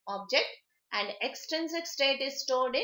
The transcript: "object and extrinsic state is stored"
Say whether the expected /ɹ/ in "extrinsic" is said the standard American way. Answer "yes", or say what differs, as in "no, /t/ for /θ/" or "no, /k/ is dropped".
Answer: no, /ɹ/ is dropped